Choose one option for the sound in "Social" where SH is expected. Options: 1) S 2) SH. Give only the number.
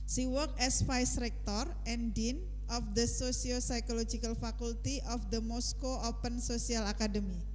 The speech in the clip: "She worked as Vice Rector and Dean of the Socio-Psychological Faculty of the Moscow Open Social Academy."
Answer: 1